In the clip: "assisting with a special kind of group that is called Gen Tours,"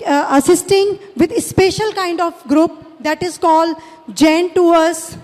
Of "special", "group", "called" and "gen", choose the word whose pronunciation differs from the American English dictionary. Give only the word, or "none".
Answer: none